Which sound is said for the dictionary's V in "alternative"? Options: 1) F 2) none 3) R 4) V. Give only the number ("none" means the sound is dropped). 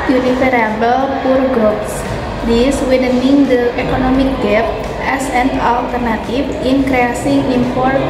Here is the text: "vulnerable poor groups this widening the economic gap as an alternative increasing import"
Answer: 1